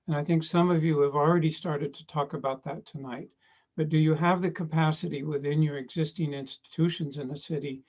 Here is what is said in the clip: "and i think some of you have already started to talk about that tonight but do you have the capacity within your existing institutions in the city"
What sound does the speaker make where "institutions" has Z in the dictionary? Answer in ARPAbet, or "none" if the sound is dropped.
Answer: Z